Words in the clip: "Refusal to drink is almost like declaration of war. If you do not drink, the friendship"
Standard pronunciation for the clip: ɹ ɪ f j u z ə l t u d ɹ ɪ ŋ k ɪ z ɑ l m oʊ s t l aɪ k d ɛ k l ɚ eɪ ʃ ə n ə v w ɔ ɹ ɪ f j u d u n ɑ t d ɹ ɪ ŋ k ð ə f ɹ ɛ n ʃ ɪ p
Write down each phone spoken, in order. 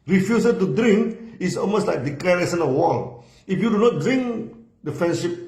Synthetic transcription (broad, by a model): ɹ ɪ f j u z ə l t u d ɹ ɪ ŋ k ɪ s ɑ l m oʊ s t l aɪ k d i k l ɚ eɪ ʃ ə n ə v w ɔ l ɪ f j u d u n ɑ t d ɹ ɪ ŋ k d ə f ɹ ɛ n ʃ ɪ p